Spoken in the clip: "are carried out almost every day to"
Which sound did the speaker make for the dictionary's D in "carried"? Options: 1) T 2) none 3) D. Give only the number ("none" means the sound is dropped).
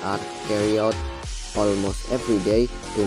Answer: 2